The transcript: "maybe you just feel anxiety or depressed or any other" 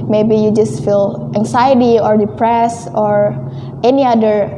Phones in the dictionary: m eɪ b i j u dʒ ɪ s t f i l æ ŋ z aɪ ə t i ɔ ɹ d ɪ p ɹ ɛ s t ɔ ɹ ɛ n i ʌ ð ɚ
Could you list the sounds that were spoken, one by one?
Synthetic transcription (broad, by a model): m eɪ b i j u dʒ ɪ s t f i l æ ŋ s aɪ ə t i ɔ ɹ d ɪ p ɹ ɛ s ɔ ɹ ɛ n i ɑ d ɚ